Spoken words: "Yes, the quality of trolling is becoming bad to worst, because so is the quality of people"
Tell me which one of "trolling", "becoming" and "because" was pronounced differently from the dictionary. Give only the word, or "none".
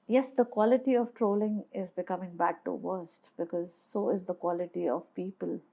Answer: none